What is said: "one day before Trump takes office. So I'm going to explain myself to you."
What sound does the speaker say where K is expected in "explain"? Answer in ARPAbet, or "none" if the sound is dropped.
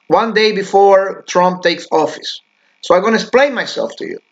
none